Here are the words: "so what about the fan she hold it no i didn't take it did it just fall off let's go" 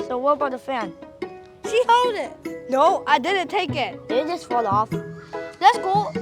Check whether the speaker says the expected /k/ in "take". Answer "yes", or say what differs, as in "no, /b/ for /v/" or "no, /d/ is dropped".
no, /k/ is dropped